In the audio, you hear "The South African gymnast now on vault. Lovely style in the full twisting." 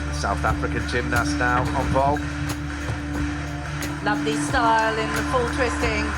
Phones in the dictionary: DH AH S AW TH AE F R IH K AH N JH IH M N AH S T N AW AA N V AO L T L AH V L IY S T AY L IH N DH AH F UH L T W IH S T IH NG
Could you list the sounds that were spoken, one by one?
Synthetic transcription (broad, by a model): S AW TH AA F R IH K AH N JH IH M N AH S N AW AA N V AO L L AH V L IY S T AY L IH N DH AH F UH L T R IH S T IH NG